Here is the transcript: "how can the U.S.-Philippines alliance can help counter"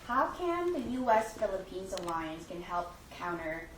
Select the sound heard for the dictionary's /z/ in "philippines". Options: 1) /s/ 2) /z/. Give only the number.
2